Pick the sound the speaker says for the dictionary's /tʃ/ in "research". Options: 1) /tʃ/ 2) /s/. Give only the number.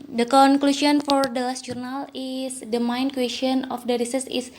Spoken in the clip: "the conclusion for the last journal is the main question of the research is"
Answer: 2